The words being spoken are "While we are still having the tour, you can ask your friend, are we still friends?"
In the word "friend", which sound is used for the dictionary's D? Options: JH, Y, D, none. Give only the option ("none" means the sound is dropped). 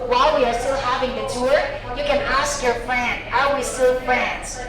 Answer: none